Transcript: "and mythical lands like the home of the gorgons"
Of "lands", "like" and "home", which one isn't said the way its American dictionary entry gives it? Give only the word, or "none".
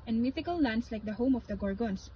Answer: lands